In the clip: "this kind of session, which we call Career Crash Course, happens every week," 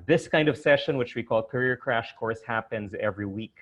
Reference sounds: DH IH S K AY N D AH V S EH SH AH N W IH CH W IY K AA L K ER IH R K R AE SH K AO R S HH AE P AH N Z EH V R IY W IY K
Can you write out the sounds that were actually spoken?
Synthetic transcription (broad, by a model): DH IH S K AY N D AH V S EH SH AH N W IH CH W IY K AA L K ER IH R K R AE SH K AO R S HH AE P AH N Z EH V R IY W IY K